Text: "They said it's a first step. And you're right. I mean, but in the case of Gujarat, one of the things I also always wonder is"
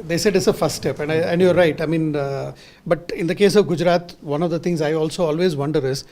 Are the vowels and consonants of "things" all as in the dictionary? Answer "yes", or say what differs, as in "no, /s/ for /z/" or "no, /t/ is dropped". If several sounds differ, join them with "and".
no, /t/ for /θ/